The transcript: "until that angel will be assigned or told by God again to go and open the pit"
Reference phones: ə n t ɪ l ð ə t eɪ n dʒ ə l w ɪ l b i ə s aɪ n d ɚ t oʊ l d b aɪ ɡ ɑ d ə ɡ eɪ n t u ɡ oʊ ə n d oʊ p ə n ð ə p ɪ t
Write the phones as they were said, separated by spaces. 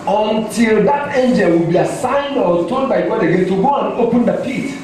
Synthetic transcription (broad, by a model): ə n t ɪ l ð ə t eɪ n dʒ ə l w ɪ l b i ə s aɪ n d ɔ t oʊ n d b aɪ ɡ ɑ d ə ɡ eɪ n t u ɡ oʊ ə n oʊ p ə n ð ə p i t